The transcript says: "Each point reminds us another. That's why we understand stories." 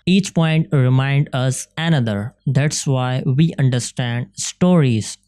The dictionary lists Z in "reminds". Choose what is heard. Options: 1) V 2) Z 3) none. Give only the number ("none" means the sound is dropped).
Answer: 3